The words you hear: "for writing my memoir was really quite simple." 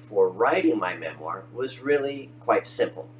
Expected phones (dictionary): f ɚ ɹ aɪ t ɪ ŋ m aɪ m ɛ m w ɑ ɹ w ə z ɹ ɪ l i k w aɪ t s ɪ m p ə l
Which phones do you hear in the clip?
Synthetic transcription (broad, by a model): f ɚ ɹ aɪ t ɪ ŋ m aɪ m ɛ m w ɑ ɹ w ə z ɹ ɪ l i k w aɪ t s ɪ m p l